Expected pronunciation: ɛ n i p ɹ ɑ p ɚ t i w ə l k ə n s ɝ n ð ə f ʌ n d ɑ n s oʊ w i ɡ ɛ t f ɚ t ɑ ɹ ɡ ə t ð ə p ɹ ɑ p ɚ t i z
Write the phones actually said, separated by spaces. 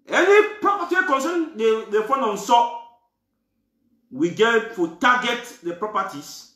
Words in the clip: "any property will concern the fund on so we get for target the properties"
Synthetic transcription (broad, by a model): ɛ n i p ɹ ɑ p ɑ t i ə k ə n s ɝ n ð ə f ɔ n ɑ n s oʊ w i ɡ ɛ t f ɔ t ɑ ɡ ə t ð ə p ɹ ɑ p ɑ t i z